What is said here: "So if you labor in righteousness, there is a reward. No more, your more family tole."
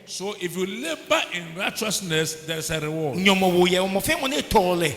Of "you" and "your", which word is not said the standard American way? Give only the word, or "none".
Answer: your